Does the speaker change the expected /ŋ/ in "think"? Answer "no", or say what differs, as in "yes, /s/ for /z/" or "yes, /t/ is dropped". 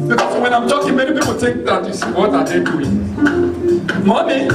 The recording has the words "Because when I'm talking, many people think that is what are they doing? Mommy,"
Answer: yes, /ŋ/ is dropped